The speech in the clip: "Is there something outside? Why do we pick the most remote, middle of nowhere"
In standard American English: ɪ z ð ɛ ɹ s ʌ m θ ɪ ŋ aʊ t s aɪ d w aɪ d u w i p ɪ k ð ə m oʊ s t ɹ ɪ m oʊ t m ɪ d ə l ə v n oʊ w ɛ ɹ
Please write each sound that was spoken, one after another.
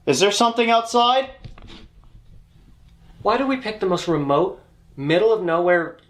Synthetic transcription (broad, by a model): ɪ z ð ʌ ɹ s ʌ m θ ɪ ŋ aʊ t s aɪ d w aɪ d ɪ w i p ɪ k ð ə m oʊ s t ɹ ɪ m oʊ t m ɪ d l ə v n oʊ w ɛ ɹ